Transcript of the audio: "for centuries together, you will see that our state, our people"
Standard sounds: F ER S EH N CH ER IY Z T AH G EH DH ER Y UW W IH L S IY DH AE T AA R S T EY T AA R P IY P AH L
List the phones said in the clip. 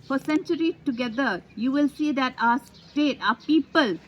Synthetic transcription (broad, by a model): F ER S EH N CH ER IY T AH G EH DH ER Y UW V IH L S IY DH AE T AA S T EY T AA P IY P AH L